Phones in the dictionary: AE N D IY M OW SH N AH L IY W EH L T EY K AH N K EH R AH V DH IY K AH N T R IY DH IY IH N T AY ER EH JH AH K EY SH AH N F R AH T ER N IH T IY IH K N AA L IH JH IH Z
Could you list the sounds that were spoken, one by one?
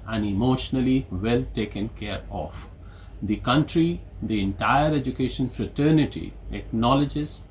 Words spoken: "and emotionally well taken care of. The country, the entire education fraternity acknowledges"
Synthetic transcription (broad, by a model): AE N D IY M OW SH N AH L IY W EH L T EY K AH N K EH R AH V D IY K AH N T R IY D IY IH N T AY ER EH JH AH K EY SH AH N F R AH T ER N IH T IY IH K N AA L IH JH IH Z